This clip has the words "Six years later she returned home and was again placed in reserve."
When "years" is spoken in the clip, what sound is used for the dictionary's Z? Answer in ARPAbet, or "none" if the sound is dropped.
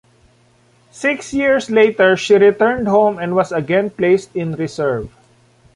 S